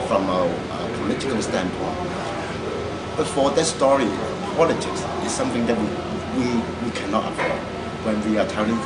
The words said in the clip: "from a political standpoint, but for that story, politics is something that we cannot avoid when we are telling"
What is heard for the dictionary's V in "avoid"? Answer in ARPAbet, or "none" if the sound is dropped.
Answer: P